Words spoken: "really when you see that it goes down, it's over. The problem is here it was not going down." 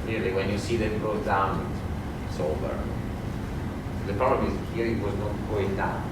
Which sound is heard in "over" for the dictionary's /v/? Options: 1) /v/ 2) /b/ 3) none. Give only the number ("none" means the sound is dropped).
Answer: 2